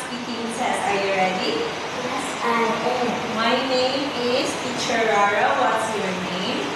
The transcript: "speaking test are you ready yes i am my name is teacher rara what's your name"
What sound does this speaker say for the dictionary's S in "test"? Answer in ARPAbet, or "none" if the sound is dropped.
none